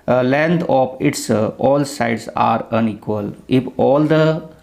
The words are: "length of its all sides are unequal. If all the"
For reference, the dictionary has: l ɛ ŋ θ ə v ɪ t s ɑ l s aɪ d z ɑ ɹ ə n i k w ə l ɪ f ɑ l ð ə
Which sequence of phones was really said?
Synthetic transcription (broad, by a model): l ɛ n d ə p ɪ t s ɑ l s aɪ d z ɑ ɹ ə n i k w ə l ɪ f ɑ l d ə